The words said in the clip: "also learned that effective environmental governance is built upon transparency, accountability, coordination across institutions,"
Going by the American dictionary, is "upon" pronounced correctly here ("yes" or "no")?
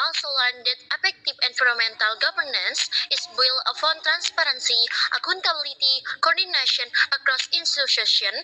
no